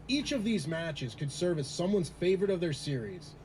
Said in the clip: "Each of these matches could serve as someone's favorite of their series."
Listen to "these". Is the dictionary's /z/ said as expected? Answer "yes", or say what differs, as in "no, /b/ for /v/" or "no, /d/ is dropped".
yes